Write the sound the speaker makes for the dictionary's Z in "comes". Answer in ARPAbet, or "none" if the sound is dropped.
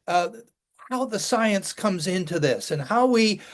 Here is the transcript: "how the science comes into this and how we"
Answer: Z